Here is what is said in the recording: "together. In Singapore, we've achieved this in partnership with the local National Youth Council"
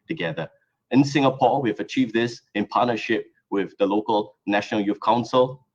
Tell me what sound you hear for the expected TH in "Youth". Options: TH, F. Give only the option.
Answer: F